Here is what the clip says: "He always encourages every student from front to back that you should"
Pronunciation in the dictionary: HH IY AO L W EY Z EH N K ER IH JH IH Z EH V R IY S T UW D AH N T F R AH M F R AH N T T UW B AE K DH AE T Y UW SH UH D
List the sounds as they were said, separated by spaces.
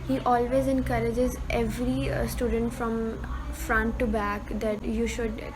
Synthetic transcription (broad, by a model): HH IY AO L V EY Z EH N K ER IH JH IH Z EH V R IY S T UW D AH N T F R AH M F R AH N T T UW B AE K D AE T Y UW SH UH D